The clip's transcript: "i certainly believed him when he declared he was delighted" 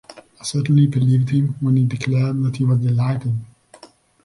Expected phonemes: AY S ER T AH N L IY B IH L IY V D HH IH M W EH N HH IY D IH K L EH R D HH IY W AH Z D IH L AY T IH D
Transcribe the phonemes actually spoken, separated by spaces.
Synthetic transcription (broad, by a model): AY S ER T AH N L IY B IH L IY V D HH IH M W EH N HH IY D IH K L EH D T HH IY W AH Z D IH L AY T IH D